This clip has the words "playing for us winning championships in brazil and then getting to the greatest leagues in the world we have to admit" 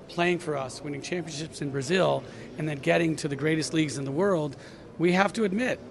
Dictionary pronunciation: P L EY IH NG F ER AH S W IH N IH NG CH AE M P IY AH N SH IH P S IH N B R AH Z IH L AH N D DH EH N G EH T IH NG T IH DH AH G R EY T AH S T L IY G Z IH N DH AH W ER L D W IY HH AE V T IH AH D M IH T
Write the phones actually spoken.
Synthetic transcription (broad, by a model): P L EY IH NG F ER AH S W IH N IH NG CH AE M P IY AH N SH IH P S IH N B R AH Z IH L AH N DH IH N G EH T IH NG T IH DH AH G R EY T AH S T L IY G Z IH N DH AH W ER L D W IY HH AE F T IH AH D M IH T